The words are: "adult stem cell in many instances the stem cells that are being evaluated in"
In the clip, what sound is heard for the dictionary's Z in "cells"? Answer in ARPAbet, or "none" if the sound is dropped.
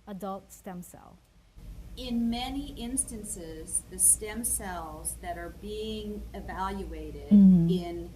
Z